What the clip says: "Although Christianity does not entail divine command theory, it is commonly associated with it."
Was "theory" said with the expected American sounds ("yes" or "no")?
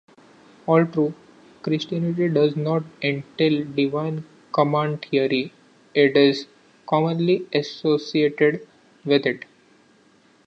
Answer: no